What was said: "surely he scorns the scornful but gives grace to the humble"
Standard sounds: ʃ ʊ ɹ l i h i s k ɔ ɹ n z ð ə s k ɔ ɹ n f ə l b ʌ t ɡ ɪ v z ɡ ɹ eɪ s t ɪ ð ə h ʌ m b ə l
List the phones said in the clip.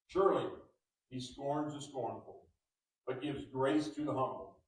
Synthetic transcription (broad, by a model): ʃ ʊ ɹ l i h i s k ɔ ɹ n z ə s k ɔ ɹ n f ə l b ʌ t ɡ ɪ v z ɡ ɹ eɪ s t ɪ ð ə h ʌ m b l